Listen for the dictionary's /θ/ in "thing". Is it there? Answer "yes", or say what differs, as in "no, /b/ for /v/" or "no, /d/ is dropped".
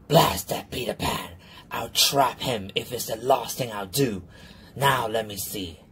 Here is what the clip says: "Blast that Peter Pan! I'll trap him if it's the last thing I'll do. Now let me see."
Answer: yes